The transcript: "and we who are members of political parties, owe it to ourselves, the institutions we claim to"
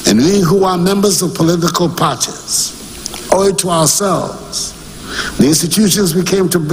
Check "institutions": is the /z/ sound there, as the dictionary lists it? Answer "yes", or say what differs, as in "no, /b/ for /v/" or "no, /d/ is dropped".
yes